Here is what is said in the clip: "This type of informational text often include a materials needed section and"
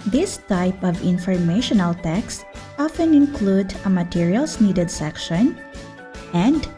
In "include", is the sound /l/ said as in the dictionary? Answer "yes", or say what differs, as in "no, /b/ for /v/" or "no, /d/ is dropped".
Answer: yes